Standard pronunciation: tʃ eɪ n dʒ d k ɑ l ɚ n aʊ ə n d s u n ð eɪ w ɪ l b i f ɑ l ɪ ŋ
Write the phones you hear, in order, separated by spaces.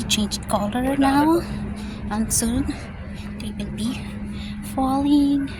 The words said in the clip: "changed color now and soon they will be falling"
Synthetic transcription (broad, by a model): tʃ eɪ n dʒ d k ɑ l ɚ n aʊ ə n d s u n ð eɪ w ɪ n b i f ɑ l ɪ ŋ